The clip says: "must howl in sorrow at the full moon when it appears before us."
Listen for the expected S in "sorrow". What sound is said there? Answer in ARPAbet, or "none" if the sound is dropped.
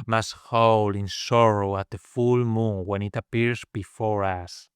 S